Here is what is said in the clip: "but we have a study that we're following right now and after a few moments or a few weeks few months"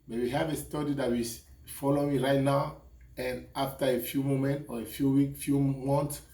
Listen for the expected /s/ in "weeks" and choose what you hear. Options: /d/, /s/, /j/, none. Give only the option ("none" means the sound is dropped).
none